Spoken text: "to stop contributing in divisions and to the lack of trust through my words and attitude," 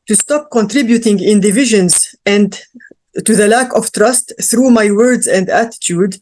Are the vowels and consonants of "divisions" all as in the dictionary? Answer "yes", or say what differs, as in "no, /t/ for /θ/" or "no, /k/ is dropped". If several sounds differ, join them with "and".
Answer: yes